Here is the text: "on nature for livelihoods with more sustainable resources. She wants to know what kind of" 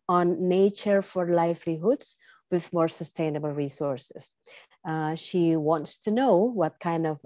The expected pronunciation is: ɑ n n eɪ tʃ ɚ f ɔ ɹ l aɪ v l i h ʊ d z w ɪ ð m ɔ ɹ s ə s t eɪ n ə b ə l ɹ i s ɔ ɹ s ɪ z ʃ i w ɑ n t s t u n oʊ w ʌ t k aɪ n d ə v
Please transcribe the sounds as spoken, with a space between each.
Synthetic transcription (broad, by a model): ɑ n n eɪ tʃ ɚ f ɔ ɹ l aɪ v l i h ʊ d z w ɪ ð m ɔ ɹ s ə s t eɪ n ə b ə l ɹ i s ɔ ɹ s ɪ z ʃ i w ɑ n t s t u n oʊ w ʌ t k aɪ n d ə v